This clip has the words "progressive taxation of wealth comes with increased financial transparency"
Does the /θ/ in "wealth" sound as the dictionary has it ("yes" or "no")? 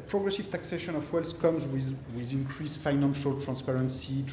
no